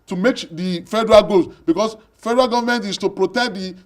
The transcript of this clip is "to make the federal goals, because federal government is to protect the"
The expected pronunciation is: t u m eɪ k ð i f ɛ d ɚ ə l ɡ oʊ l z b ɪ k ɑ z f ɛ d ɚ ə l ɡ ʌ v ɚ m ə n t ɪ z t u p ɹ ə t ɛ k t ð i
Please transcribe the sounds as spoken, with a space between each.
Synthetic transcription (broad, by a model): t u m eɪ k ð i f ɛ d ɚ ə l ɡ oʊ z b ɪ k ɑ s f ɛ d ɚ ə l ɡ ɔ v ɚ m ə n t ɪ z t u p ɹ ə t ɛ k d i